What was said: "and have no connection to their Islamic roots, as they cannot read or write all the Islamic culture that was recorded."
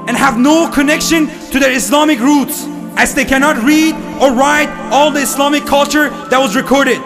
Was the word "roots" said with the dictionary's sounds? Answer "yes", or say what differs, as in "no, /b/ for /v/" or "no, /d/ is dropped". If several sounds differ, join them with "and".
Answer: yes